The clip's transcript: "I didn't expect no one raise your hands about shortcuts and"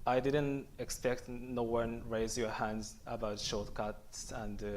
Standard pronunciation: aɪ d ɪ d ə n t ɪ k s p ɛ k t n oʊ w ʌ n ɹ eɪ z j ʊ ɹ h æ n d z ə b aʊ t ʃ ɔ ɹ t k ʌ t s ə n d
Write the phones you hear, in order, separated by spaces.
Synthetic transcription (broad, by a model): aɪ d ɪ d ə n t ɪ k s p ɛ k t n oʊ w ʌ n ɹ eɪ z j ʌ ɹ h æ n d z ə b aʊ t ʃ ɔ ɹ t k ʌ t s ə n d